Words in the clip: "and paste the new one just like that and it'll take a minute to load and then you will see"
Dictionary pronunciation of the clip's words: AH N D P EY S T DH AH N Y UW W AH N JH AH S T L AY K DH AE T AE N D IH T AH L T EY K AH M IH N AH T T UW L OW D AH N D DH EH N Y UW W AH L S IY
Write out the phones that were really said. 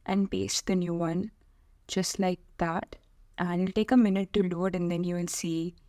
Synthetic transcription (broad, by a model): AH N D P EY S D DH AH N Y UW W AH N JH AH S T L AY K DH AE T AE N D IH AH L T EY K AH M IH N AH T T UW L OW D AH N D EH N Y UW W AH N S IY